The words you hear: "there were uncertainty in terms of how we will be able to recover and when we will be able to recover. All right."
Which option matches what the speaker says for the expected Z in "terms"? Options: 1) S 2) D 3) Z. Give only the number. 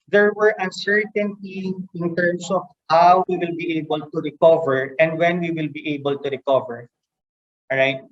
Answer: 1